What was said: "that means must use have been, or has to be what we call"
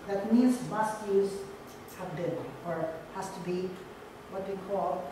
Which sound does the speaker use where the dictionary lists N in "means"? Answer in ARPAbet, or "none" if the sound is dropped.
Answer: none